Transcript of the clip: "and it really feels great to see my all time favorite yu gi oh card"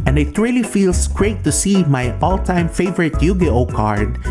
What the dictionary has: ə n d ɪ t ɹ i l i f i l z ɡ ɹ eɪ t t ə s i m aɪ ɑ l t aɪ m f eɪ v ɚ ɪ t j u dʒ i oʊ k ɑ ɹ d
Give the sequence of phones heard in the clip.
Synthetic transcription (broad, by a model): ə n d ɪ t ɹ i l i f i l s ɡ ɹ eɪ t t ə s i m aɪ ɑ l t aɪ m f eɪ v ɚ ɪ t j u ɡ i oʊ k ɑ ɹ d